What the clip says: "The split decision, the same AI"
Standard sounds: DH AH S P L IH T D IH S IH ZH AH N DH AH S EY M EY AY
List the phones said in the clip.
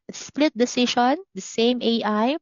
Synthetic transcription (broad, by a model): S P L IH T D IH S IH SH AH N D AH S EY M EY AY